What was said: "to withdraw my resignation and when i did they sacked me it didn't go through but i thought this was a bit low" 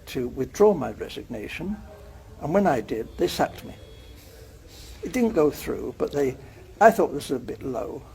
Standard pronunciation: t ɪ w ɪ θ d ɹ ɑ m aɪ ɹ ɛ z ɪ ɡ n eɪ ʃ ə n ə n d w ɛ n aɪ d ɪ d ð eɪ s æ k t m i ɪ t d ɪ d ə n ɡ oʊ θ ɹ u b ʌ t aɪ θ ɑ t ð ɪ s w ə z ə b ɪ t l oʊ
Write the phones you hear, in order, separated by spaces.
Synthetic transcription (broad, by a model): t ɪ w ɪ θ d ɹ ɑ m aɪ ɹ ɛ z ɪ ɡ n eɪ ʃ ə n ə n w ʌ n aɪ d ɪ d ð eɪ s æ k t m i ɪ t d ɪ d n ɡ oʊ θ ɹ u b ʌ t aɪ θ ɑ t ð ɪ s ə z ə b ɪ t l oʊ